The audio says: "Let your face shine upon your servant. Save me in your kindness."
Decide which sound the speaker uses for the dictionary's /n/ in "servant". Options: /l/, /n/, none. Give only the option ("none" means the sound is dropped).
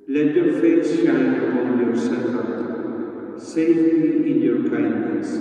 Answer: none